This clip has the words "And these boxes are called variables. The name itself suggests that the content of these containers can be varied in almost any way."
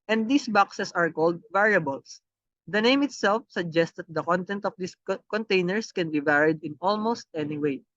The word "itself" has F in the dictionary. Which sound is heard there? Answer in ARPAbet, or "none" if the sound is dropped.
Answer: F